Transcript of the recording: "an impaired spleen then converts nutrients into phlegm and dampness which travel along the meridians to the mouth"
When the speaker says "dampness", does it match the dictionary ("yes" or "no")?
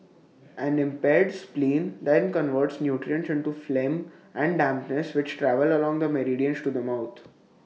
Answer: yes